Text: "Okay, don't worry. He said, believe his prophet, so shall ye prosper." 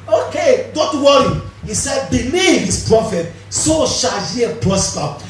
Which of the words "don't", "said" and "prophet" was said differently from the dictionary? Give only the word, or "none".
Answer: none